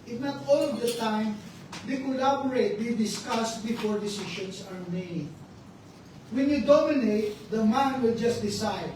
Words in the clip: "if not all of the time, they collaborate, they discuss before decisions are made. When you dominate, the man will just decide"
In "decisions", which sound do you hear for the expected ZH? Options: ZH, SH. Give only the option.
SH